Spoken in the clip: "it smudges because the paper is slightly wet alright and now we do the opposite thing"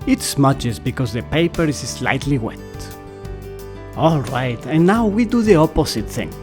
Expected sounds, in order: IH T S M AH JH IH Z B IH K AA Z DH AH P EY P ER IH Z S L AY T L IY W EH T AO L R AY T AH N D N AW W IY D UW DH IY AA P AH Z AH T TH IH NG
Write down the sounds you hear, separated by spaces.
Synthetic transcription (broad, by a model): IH T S M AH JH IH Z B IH K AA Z DH AH P EY P ER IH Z S L AY T L IY W EH T AO L R AY T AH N N AW W IY D UW DH IY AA P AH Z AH T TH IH NG